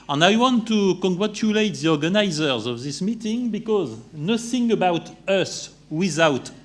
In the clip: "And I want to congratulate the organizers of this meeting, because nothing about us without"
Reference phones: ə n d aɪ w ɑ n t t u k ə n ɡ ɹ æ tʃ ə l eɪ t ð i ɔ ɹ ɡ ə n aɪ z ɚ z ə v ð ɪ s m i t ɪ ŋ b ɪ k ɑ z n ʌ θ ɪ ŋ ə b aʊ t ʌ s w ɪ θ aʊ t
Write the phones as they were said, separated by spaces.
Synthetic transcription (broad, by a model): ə n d aɪ w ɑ n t t u k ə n ɡ ɹ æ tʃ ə l eɪ t ð i ɔ ɹ ɡ ə n aɪ z ɚ z ə v ð ɪ s m i t ɪ ŋ b ɪ k ɑ z n ʌ θ ɪ ŋ ə b aʊ t ʌ s w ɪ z aʊ t